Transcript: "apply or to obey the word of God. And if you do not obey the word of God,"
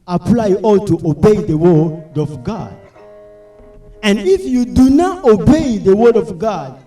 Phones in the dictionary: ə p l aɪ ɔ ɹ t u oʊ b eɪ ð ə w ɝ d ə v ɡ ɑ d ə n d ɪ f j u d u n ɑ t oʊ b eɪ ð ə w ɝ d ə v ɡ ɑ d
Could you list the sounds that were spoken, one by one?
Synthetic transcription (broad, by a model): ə p l aɪ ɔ l t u oʊ b eɪ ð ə w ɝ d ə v ɡ ɑ d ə n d ɪ f j u d u n ɑ t oʊ b eɪ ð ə w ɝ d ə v ɡ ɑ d